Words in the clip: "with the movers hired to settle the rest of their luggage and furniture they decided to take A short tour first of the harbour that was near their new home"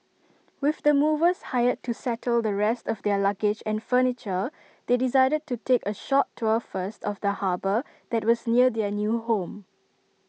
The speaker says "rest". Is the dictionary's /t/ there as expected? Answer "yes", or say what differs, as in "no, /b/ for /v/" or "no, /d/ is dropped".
yes